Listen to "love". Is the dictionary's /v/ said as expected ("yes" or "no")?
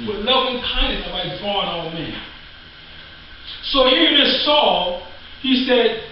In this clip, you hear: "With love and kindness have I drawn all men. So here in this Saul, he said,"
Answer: no